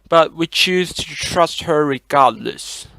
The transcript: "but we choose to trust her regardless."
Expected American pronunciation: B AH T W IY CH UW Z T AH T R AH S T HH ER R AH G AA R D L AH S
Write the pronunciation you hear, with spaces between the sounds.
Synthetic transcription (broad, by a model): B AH T W IY CH UW Z T AH T R AH S T HH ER R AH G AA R D L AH S